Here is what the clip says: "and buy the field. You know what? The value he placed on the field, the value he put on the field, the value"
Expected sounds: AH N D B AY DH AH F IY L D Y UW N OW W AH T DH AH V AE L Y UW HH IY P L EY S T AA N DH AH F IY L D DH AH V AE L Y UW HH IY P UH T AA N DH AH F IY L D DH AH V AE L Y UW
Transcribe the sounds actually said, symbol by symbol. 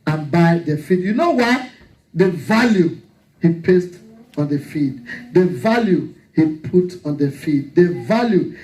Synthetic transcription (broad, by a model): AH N B AY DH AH F IY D Y UW N OW W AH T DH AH V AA L Y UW HH IY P EY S T AA N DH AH F IY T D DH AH V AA L Y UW HH IY P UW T AA N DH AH F IY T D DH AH V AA L Y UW